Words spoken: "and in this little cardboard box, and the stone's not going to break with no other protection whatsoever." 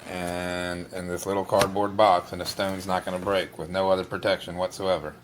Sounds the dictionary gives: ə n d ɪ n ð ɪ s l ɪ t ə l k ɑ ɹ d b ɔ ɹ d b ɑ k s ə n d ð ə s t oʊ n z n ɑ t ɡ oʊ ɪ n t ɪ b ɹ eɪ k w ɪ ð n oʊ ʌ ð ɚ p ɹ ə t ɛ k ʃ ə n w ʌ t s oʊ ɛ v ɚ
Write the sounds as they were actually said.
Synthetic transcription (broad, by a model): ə n ɪ n ð ɪ s l ɪ t l k ɑ ɹ d b ɔ ɹ d b ɑ k s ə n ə s t oʊ n z n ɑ t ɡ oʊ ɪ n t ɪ b ɹ eɪ k w ɪ ð n oʊ ʌ ð ɚ p ɹ ə t ɛ k ʃ ə n w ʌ t s oʊ ɛ v ɚ